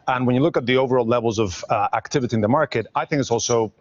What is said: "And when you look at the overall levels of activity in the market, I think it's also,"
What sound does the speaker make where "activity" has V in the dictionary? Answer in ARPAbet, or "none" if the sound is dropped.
V